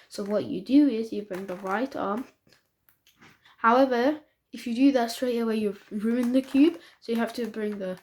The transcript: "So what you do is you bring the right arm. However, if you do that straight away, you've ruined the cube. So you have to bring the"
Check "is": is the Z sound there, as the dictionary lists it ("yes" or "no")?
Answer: yes